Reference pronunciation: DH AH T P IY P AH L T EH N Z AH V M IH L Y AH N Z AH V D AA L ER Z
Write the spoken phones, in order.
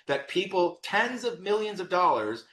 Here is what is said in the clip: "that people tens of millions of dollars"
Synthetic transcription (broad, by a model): DH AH T P IY P L T EH N Z AH V M IH L Y AH N Z AH V D AA L ER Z